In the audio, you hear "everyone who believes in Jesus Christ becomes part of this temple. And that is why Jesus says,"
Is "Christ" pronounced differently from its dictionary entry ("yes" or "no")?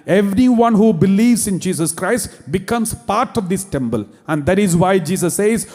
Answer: no